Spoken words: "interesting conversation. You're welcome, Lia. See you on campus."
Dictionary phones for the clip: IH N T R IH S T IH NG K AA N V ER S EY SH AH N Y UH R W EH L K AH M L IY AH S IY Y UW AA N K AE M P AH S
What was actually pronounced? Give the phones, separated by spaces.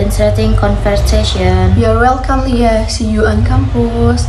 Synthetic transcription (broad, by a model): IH N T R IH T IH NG K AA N F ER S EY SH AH N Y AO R W EH L K AH M L IY AH S IY Y UW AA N K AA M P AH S